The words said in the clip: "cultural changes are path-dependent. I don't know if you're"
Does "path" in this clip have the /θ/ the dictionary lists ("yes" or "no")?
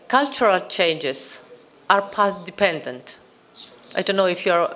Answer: no